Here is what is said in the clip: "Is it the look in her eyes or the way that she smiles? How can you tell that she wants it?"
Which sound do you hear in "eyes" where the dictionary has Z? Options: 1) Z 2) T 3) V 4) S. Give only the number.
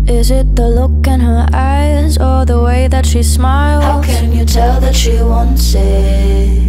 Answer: 1